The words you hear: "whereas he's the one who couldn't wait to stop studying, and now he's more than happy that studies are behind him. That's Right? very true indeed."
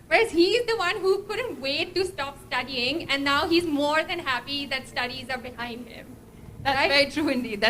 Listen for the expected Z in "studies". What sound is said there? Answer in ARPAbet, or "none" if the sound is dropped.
Z